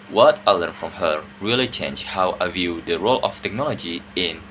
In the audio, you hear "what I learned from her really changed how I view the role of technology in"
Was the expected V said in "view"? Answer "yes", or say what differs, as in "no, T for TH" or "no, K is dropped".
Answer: yes